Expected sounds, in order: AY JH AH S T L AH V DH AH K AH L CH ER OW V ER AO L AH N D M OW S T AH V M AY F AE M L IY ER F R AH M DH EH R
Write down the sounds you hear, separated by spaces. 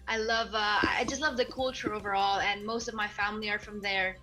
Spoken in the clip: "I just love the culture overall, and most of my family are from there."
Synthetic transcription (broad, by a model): AY JH AH S T L AH V DH AH K AH L CH ER OW V ER AO L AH N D M OW S T AH V M AY F AE M L IY ER F R AH M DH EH R